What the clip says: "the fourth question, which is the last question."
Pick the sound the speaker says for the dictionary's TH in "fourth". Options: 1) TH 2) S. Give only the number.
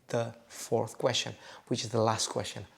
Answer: 1